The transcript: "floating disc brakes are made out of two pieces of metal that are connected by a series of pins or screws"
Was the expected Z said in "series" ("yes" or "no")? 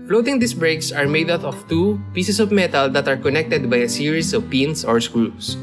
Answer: no